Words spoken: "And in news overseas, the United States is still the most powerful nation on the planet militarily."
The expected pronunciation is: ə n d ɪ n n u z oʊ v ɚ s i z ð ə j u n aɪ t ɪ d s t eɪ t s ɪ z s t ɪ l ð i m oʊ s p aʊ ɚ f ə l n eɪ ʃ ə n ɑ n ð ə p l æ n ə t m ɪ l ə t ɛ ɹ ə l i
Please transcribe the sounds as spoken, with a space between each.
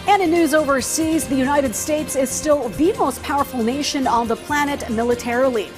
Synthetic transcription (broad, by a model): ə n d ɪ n n u z oʊ v ɚ s i z ð ə j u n aɪ t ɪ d s t eɪ t s ɪ z s t ɪ l ð i m oʊ s p aʊ ɚ f l n eɪ ʃ ə n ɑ n ð ə p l æ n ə t m ɪ l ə t ɛ ɹ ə l i